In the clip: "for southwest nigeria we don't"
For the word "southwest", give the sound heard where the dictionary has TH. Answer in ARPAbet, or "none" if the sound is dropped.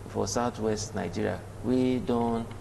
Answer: T